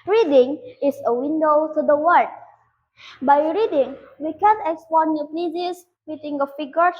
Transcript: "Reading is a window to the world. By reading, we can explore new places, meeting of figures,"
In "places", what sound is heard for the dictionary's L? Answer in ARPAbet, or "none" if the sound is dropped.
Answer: none